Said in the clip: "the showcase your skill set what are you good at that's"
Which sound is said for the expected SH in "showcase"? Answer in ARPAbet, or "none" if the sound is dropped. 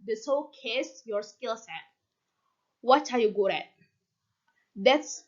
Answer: S